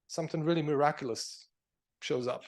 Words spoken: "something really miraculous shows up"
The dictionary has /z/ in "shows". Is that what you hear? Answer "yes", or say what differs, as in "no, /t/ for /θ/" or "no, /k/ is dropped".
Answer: yes